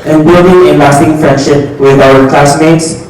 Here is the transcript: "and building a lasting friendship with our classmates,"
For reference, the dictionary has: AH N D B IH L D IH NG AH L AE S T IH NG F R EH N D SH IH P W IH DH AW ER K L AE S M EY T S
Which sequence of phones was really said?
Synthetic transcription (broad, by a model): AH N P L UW D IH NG AH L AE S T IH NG F R EH N D SH IH P W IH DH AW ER K L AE S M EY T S